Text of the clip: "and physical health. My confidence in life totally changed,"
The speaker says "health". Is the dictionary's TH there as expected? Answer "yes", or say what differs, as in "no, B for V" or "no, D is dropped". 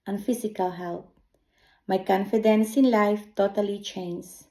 no, T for TH